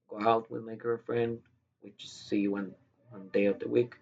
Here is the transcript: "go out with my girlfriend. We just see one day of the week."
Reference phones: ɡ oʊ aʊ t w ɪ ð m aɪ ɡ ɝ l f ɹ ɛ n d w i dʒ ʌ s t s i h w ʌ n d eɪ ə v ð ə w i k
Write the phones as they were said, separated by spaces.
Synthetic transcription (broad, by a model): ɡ oʊ aʊ t w ɪ ð m aɪ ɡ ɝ f ɹ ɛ n d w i dʒ ʌ s t s i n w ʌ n d eɪ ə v ð ə w i k